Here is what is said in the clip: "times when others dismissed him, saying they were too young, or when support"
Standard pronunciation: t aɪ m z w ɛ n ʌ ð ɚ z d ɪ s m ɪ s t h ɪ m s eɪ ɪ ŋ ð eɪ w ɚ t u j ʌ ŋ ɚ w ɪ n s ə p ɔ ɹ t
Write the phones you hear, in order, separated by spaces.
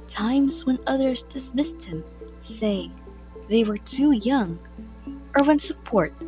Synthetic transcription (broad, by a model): t aɪ m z w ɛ n ʌ ð ɚ z d ɪ s m ɪ s t h ɪ m s eɪ ɪ ŋ ð eɪ w ɚ t u j ʌ ŋ ɚ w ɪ n s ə p ɔ ɹ t